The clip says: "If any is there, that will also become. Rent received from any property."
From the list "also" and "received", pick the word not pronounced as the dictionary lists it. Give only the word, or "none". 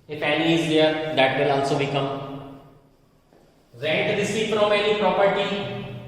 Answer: received